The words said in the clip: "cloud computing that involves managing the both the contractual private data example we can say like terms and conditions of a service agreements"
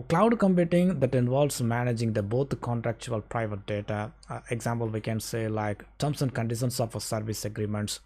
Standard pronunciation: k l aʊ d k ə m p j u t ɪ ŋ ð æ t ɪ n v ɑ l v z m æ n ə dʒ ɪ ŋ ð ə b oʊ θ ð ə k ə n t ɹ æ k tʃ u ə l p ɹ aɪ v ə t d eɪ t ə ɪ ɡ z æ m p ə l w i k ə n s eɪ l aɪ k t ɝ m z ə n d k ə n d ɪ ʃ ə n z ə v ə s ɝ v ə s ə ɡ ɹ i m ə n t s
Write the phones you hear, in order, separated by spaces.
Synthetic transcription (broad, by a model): k l aʊ d k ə m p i t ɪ ŋ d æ t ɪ n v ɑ l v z m æ n ə dʒ ɪ ŋ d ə b oʊ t k ə n t ɹ æ k tʃ u ə l p ɹ aɪ v ə t d eɪ t ə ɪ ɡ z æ m p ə l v i k ə n s eɪ l aɪ k t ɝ m s ə n d k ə n d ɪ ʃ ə n s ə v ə s ɝ v ə s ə ɡ ɹ i m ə n t s